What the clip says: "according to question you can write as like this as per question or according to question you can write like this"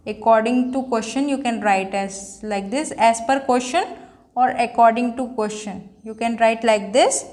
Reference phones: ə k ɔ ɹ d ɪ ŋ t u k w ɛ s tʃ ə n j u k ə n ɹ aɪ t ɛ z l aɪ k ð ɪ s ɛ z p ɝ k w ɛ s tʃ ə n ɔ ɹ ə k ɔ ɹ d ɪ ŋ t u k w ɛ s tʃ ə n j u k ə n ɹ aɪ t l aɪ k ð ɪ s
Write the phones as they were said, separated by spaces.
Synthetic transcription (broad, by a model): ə k ɔ ɹ d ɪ ŋ t u k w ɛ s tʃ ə n j u k ə n ɹ aɪ t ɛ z l aɪ k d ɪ s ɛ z p ɝ k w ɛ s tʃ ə n ɔ ɹ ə k ɔ ɹ d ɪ ŋ t u k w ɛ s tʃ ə n j u k ə n ɹ aɪ t l aɪ k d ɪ s